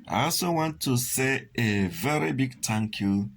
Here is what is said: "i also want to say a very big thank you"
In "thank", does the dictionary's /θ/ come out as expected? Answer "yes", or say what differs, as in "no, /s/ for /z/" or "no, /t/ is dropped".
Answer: no, /t/ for /θ/